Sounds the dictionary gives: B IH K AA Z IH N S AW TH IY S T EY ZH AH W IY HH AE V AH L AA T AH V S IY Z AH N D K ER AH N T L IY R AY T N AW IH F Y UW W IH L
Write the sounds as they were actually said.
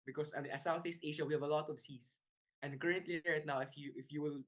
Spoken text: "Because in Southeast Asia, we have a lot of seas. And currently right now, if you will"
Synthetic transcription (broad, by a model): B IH K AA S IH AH S AW TH IY S T EY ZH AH W IY HH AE V AH L AA T AH V S IY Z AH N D K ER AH N T L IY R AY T N AW IH F Y UW W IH L